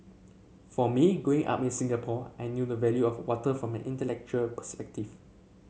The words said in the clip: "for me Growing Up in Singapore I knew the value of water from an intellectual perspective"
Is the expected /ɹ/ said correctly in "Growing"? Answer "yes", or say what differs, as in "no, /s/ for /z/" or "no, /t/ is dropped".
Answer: no, /ɹ/ is dropped